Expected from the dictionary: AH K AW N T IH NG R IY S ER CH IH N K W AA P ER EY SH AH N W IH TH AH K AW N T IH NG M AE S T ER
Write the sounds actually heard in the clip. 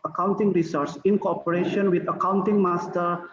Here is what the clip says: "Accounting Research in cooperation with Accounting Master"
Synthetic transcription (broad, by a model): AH K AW N T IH NG R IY S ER S IH N K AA P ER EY SH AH N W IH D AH K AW N T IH NG M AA S T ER